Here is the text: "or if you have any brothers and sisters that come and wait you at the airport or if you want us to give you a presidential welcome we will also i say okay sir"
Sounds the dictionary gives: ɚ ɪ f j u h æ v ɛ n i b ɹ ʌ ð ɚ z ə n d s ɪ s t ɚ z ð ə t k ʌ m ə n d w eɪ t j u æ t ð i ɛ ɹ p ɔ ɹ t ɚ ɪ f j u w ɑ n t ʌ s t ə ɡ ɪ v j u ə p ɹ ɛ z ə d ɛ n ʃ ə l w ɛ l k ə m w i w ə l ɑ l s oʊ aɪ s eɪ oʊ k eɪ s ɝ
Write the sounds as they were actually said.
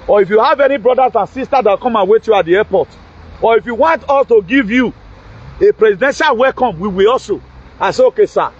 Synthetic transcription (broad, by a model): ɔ ɪ f j u h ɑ v ɛ n i b ɹ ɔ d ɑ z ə n s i s t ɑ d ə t k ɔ m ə n w eɪ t j u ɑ t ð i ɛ p ɔ t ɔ ɪ f j u w ɑ n t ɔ s t ə ɡ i v j u ə p ɹ ɛ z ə d ɛ n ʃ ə l w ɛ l k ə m w i w ə l ɑ l s oʊ aɪ s eɪ oʊ k eɪ s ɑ